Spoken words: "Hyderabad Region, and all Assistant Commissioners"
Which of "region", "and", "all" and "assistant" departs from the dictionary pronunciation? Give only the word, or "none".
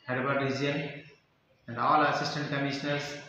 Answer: region